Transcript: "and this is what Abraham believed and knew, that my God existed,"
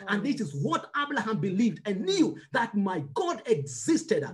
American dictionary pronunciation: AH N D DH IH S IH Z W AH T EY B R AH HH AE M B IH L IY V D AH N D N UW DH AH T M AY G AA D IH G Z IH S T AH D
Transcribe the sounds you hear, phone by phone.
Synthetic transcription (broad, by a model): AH N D DH IH S IH Z W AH T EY B L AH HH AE M B IH L IY V D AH N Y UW DH AH T M AY G AA D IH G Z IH S T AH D